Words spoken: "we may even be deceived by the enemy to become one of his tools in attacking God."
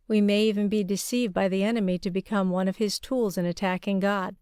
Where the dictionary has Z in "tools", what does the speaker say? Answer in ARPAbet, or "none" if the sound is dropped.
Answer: Z